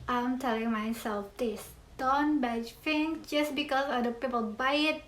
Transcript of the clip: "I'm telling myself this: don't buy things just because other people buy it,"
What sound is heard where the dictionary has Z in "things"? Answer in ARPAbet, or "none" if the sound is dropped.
none